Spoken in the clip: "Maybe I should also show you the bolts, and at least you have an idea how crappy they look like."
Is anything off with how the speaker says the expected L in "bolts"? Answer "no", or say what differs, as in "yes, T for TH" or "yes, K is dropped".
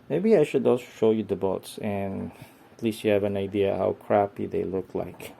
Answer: yes, L is dropped